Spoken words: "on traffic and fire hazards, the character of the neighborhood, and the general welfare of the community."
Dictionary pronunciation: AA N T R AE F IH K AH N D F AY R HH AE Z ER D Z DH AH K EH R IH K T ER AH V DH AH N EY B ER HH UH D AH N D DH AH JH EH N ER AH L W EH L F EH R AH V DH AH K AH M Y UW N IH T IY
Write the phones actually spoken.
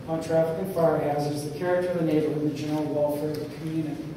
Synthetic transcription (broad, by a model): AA N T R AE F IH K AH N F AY R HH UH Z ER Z DH AH K EH R IH K T ER AH V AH N EY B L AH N DH AH JH EH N ER L W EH L F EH R AH V DH AH K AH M Y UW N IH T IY